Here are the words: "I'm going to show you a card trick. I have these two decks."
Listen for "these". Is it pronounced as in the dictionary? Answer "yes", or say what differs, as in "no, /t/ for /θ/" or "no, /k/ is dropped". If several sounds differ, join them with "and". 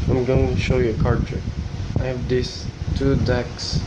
no, /s/ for /z/